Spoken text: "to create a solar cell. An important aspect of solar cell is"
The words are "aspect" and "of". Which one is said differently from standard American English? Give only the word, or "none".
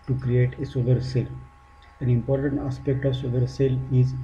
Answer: none